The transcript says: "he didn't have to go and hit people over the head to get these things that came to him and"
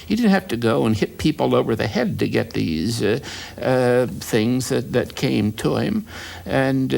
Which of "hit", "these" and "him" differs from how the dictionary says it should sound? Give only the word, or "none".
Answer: none